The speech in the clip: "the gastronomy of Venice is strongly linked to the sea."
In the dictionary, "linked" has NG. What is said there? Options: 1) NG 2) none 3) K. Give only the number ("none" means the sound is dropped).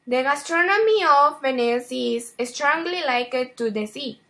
2